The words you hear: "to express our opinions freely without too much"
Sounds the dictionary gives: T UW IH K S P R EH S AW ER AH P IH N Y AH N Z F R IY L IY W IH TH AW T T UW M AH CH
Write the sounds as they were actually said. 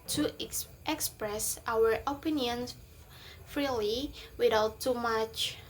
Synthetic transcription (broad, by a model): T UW IH K S P R EH S AW ER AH P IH N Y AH N F R IY L IY W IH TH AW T T UW M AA CH